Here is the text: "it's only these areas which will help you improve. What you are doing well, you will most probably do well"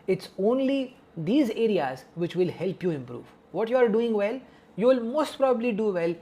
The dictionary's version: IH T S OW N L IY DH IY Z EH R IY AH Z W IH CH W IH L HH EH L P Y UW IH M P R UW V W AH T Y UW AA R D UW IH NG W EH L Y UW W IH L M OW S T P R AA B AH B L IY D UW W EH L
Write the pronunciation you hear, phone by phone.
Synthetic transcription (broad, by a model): IH T S OW N L IY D IY Z EH R IY AH Z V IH CH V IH L HH EH L P Y UW IH M P R UW V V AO T Y UW AA R D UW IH NG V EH L Y UW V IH L M OW S T P R AA B AH B L IY D UW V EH L